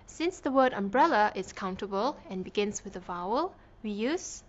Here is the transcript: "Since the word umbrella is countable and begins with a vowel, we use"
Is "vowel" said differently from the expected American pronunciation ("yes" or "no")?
no